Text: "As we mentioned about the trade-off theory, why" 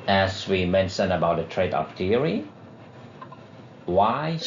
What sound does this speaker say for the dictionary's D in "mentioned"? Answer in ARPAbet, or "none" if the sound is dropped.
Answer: none